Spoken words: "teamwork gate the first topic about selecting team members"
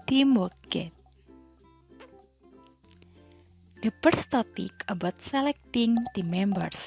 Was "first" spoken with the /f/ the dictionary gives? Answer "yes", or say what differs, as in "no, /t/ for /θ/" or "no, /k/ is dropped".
no, /p/ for /f/